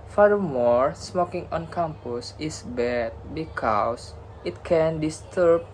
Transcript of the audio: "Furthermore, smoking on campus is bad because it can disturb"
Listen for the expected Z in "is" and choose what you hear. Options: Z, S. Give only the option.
S